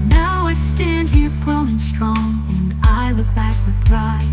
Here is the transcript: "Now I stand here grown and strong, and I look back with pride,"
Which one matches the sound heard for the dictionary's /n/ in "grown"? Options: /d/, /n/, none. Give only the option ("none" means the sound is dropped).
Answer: none